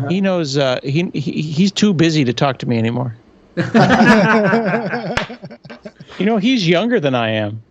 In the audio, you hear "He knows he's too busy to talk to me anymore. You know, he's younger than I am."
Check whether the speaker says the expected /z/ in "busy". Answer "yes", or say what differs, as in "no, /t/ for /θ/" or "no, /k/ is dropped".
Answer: yes